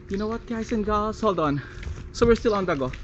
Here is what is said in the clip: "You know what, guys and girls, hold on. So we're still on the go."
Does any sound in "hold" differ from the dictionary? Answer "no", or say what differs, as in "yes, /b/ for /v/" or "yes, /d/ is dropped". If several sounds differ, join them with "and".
no